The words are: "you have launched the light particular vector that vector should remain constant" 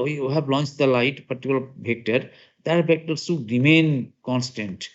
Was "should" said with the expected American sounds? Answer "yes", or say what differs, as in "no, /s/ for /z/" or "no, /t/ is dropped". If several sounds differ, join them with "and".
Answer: no, /s/ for /ʃ/